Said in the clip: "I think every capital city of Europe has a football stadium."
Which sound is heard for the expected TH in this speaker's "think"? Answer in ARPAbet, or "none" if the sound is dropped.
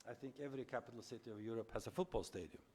TH